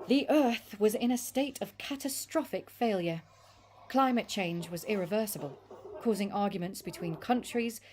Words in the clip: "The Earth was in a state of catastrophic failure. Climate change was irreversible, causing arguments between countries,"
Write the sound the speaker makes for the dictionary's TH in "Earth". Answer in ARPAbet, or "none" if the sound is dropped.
TH